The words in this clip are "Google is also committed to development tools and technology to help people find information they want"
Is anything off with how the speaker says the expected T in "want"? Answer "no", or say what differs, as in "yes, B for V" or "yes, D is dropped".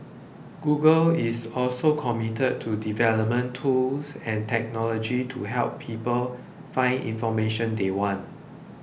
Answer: no